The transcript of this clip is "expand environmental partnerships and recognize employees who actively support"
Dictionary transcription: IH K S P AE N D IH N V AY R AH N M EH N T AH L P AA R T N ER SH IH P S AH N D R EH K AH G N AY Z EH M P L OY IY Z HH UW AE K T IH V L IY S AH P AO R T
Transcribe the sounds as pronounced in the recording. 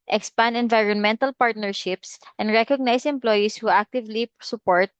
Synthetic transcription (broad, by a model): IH K S P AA N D IH N V AY R AH N M EH N T AH L P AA R T N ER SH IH P S AH N D R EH K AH G N AY S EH M P L OY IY S HH UW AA K T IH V L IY S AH P AO R T